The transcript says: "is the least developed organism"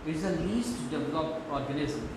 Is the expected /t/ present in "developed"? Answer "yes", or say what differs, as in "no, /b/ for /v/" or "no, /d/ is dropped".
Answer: no, /t/ is dropped